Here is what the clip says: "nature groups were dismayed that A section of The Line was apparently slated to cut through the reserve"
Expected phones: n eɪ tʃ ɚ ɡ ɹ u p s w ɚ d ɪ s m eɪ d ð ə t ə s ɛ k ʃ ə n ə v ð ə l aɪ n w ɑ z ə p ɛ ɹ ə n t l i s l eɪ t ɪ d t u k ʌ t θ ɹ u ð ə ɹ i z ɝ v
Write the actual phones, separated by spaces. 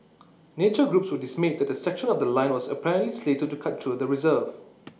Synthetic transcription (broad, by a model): n eɪ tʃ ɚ ɡ ɹ u p s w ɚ d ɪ s m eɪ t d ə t ə s ɛ k ʃ ə n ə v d ə l aɪ n w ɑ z ə p ɛ ɹ ə n t l i s l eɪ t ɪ t u k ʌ t t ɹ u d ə ɹ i z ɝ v